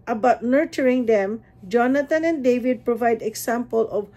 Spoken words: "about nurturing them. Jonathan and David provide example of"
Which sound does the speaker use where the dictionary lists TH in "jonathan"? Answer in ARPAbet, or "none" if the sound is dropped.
T